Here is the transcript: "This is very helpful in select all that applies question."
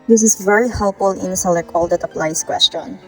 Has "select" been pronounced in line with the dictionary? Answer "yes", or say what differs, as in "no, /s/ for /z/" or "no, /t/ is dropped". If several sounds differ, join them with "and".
no, /t/ is dropped